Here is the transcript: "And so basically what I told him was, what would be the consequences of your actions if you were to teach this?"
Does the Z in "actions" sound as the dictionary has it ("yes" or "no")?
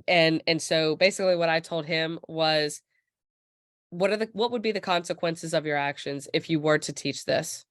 yes